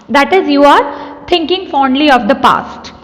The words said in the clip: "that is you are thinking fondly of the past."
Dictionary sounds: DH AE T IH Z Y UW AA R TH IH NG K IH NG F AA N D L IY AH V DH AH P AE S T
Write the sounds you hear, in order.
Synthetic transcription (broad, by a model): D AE T IH Z Y UW AA R T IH NG K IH NG F AA N D L IY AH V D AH P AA S T